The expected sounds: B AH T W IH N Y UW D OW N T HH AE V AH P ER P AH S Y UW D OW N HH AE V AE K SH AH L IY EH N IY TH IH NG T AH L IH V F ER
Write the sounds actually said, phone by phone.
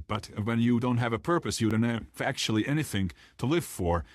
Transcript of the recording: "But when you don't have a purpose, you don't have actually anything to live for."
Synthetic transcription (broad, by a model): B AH T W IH N Y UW D OW N T HH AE V AH P ER P AH S Y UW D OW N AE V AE K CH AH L IY EH N IY TH IH NG T AH L IH V F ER